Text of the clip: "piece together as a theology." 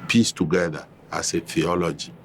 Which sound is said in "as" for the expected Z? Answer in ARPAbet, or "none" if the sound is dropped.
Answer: S